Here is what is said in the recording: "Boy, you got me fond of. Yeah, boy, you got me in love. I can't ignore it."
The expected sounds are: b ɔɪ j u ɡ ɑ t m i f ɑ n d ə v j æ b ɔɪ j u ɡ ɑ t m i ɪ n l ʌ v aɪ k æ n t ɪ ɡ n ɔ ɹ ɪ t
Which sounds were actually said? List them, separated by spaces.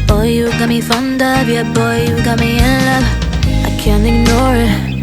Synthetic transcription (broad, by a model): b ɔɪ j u ɡ ɑ t m i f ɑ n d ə b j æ b ɔɪ j u ɡ ɑ t m i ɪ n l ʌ aɪ k æ n t ɪ ɡ n ɔ ɹ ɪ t